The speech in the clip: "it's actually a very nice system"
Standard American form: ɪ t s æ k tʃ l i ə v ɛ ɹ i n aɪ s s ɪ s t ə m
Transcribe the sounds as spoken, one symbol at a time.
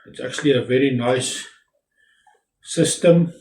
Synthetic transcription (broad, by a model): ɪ t s æ k tʃ l i ə v ɛ ɹ i n aɪ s s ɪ s t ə m